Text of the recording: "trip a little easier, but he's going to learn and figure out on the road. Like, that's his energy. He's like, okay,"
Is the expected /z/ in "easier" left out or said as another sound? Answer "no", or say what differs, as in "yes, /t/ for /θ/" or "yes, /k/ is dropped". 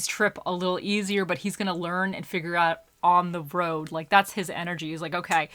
no